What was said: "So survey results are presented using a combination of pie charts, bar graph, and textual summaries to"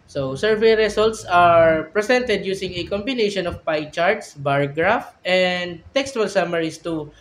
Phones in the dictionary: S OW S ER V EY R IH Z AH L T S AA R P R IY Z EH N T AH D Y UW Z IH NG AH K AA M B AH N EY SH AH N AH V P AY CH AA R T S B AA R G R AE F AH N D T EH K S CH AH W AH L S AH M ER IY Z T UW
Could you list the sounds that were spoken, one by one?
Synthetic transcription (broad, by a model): S OW S ER V EY R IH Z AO L T S AA R P R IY S EH N T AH D Y UW S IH NG AH K AA M B AH N EY SH AH N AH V P AY CH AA R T S B AA R G R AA F AH N D T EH K S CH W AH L S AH M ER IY S T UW